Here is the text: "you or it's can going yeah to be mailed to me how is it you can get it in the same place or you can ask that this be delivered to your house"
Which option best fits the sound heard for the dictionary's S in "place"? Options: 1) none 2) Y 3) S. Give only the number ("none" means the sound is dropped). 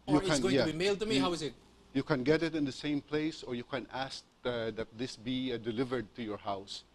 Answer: 3